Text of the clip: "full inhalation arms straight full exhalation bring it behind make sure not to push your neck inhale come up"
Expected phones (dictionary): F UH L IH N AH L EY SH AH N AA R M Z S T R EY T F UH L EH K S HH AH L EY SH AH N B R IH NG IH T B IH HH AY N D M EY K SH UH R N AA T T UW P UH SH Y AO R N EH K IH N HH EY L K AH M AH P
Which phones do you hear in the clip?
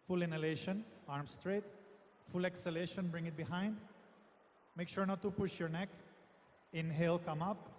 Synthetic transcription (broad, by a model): F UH L IH N AH L EY SH AH N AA R M S T R EY T F UH L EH K S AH L EY SH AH N B R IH NG IH T B IH HH AY N D M EY K SH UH R N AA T T UW P UH SH Y AO R N EH K IH N HH EY L K AH M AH P